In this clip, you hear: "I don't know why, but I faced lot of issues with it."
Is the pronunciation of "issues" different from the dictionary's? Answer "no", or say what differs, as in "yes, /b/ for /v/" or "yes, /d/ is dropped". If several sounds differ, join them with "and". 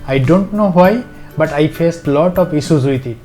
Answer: yes, /s/ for /ʃ/